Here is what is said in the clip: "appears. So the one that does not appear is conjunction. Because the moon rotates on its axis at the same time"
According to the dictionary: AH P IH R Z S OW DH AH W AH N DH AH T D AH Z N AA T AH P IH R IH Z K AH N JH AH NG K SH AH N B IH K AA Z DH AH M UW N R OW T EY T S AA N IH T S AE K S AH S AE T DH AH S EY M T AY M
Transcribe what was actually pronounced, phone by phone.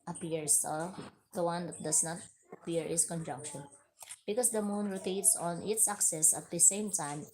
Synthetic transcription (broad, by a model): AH P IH R S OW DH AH W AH N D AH T D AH S N AA T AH P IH R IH S K AH N JH AH NG K SH AH N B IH K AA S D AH M UW N R OW T EY T S AA N IH T S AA K S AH S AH T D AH S EY M T AY M